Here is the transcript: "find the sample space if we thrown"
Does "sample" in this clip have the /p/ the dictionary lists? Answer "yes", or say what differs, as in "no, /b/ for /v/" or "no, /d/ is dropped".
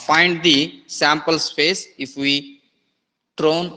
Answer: yes